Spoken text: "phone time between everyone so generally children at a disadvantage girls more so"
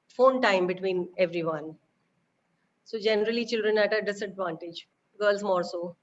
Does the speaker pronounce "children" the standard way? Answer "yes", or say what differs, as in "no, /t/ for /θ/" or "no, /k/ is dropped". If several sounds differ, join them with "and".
yes